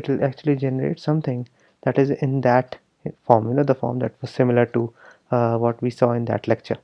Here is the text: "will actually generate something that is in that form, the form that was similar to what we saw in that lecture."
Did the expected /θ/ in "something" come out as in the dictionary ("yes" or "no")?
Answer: no